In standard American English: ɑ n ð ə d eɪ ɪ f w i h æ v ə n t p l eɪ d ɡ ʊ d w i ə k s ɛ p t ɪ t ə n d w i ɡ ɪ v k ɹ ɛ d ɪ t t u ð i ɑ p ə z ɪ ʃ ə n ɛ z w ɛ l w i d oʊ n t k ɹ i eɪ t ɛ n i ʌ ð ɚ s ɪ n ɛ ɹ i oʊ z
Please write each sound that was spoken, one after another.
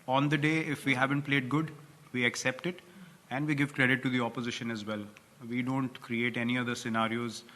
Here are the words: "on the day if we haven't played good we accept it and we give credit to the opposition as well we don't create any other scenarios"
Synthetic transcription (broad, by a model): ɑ n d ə d eɪ ɪ f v i h æ v ə n t p l eɪ d ɡ ʊ d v i ə k s ɛ p t ɪ t ə n d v i ɡ ɪ v k ɹ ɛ d ɪ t t u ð i ɑ p ə z ɪ ʃ ə n ɛ z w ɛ l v i d oʊ n t k ɹ i eɪ t ɛ n i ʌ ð ɚ s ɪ n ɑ ɹ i oʊ z